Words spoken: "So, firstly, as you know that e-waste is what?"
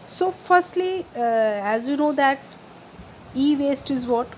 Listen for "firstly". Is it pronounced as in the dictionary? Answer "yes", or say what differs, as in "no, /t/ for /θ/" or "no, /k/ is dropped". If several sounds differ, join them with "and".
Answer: yes